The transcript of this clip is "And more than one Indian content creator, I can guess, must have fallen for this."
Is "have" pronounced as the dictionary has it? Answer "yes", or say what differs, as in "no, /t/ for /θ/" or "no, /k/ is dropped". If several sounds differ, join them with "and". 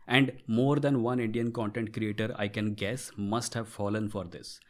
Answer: yes